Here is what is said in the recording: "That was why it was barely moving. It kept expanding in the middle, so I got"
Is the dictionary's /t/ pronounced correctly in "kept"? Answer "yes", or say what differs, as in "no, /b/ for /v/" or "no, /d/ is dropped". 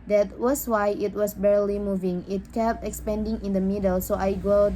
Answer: yes